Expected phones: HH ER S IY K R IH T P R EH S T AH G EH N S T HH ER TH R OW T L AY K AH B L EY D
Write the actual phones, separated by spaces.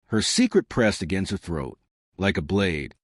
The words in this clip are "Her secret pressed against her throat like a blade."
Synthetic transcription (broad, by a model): HH ER S IY K R IH T P R EH S T AH G EH N S T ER TH R OW T L AY K AH B L EY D